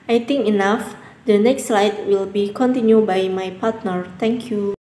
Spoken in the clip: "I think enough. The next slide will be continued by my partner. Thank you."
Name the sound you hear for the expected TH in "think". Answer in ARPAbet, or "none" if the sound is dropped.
T